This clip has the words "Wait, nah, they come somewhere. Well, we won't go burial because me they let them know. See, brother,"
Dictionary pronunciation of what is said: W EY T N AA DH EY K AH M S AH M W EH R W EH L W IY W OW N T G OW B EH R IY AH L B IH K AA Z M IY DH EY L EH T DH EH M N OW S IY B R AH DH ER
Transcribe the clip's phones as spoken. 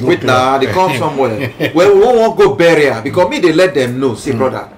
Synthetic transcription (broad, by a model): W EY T N AA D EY K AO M S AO M W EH L W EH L W IY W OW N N G OW B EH R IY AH B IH K AA S M IY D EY L EH T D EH M N OW S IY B R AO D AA